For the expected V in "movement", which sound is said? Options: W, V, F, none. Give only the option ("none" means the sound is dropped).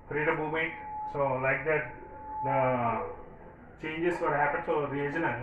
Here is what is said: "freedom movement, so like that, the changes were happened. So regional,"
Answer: none